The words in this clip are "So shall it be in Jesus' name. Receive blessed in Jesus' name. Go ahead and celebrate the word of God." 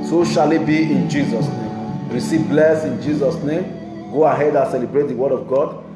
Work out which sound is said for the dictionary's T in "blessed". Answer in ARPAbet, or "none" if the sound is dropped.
none